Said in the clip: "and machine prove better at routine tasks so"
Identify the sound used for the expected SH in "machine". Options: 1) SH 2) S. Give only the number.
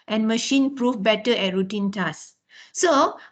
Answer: 1